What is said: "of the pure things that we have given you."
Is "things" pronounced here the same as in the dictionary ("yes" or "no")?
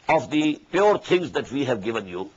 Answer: no